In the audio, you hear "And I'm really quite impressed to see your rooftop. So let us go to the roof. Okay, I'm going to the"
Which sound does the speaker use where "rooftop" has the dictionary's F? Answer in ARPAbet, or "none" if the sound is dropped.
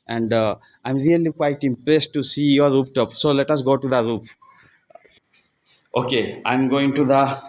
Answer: P